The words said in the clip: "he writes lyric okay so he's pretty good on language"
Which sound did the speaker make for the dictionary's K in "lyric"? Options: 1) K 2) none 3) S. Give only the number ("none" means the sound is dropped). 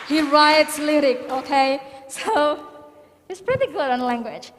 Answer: 1